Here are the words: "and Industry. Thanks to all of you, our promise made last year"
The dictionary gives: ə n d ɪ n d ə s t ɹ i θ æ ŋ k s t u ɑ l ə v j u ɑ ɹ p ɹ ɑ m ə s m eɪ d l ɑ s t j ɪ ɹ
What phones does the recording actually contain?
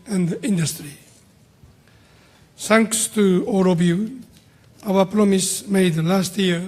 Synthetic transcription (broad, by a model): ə n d ɪ n d ə s t ɹ i s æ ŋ k s t u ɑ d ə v j u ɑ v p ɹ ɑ m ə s m eɪ d l ɑ s t j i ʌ